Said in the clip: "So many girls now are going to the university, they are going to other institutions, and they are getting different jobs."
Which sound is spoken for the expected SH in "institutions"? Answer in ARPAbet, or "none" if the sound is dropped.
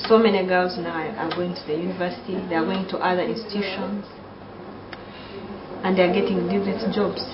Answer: SH